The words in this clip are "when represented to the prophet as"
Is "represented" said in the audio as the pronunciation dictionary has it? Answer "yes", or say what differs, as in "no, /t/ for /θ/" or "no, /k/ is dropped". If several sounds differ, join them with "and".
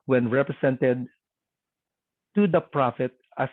no, /s/ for /z/